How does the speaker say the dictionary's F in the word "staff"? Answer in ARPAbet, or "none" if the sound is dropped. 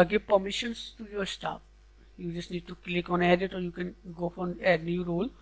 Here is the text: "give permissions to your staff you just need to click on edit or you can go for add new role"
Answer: P